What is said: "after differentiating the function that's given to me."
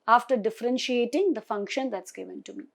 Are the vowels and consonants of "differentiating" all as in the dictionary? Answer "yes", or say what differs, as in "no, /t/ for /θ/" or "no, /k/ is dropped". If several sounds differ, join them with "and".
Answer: yes